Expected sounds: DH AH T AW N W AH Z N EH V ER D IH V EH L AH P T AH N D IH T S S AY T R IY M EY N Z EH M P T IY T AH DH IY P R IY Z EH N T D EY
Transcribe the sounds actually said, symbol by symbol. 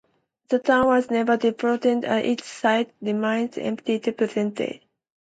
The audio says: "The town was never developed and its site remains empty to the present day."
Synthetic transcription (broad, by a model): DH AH T AW N W AH Z N EH V ER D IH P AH T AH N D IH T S S AY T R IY M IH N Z EH M P T IY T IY P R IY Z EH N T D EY